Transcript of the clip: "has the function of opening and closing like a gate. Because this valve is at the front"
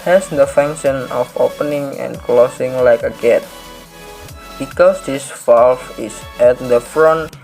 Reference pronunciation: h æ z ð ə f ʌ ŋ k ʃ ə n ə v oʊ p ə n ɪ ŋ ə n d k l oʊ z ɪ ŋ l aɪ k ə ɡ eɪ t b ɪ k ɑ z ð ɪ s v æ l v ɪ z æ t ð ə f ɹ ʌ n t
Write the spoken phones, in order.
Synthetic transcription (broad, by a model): h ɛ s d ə f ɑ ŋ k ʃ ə n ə f oʊ p ə n ɪ ŋ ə n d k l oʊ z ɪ ŋ l aɪ k ə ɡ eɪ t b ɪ k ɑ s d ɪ s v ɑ l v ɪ s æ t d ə f ɹ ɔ n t